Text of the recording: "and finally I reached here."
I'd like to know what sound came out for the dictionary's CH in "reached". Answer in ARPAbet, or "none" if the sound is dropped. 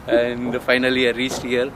S